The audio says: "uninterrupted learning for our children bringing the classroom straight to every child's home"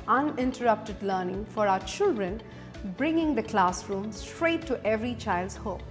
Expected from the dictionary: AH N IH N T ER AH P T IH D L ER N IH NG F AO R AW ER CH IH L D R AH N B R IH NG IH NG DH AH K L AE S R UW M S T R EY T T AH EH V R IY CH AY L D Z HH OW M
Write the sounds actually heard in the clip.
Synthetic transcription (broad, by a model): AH N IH N T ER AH P T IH D L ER N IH NG F AO R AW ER CH IH L D R AH N B R IH NG IH NG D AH K L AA S R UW M S T R EY T T EH V R IY CH AY L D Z HH OW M